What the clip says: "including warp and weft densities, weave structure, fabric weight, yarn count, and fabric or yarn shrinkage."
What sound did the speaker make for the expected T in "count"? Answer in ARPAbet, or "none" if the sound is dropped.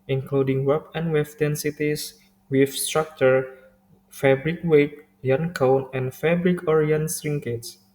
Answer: none